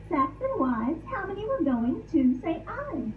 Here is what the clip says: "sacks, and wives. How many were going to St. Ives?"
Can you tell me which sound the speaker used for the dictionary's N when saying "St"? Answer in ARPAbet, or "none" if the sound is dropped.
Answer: none